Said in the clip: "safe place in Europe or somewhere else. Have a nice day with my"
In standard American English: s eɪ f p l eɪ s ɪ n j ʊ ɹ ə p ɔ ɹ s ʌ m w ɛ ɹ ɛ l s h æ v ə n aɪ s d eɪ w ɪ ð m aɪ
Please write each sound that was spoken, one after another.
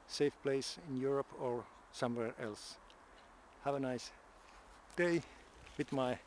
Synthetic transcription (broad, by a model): s eɪ f p l eɪ s ɪ n j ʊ ɹ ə p ɔ ɹ s ʌ m w ɛ ɹ ɛ l s h æ v ə n aɪ s d eɪ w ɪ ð m aɪ